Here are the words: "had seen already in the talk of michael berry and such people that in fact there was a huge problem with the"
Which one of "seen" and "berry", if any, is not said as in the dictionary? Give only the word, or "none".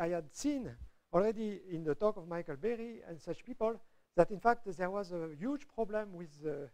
none